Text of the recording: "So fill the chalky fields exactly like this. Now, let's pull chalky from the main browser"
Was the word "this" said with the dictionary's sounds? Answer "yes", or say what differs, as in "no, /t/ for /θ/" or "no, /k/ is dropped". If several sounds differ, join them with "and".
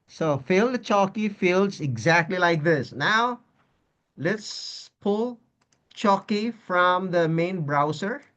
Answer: yes